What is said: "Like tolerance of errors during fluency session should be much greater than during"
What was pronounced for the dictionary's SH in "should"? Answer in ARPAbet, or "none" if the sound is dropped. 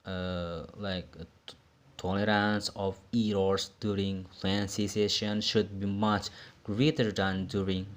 SH